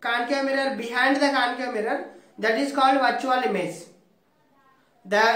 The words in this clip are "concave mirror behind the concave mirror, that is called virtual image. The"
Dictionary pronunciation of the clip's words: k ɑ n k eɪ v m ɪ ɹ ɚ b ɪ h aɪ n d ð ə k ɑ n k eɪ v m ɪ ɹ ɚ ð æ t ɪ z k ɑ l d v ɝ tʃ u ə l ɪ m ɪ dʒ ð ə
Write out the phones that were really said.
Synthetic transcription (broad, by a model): k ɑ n k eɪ m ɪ ɹ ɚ b ɪ h aɪ n d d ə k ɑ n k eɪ m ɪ ɹ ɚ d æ t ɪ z k ɑ l d v ɝ tʃ u ə l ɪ m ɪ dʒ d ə